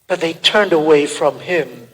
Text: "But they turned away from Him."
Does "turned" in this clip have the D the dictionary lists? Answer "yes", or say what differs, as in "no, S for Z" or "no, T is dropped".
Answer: yes